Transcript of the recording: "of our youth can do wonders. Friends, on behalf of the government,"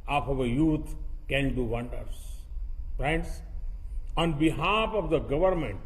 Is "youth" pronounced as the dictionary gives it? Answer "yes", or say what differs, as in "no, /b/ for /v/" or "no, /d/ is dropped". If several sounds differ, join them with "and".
no, /t/ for /θ/